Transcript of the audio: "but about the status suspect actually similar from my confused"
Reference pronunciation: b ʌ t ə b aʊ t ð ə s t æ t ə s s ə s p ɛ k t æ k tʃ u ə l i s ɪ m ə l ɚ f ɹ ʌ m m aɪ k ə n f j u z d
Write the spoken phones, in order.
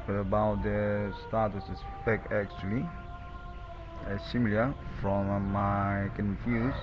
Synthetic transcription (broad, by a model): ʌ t ə b aʊ t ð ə s t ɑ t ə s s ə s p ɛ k æ k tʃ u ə l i s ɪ m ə l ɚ f ɹ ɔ m m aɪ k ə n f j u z